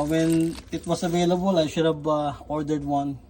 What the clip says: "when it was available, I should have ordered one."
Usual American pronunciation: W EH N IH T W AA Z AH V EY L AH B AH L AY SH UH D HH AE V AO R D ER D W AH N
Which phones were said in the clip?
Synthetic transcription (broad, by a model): W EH N IH T W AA S AH V EY L AH B AH L AY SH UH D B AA AO R D ER D W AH N